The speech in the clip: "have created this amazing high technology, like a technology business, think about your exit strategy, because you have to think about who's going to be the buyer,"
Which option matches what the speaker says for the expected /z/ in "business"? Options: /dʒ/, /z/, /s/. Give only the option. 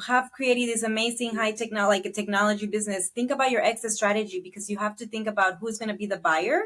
/z/